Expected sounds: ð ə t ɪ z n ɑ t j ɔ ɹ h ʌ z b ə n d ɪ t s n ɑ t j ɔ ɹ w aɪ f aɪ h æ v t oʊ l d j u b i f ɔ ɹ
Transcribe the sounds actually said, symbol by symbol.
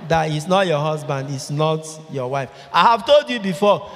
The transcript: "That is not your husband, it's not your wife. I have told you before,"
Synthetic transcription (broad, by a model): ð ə t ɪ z n ɑ t j ɔ h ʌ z b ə n d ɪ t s n ɑ t j ɔ w aɪ f aɪ h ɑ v t oʊ l d j u b i f ɔ